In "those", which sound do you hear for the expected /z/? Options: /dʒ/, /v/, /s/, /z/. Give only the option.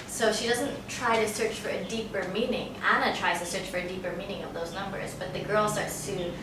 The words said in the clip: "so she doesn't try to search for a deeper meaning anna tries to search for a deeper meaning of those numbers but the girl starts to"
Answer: /z/